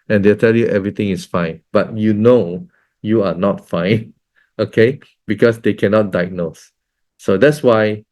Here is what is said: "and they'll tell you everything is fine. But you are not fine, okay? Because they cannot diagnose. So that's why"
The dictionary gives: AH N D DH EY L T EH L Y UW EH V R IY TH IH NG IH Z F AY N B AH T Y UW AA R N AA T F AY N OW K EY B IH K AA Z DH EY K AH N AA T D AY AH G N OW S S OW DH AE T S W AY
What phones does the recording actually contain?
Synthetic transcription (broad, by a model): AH N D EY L T EH L Y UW EH V R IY T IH NG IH S F AY N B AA T Y UW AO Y N AA T F AY N OW K EY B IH K AA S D EY K AH N AA T D AY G N OW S S OW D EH T S W AY